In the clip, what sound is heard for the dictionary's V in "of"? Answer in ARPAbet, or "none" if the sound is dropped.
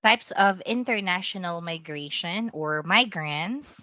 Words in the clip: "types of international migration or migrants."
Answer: V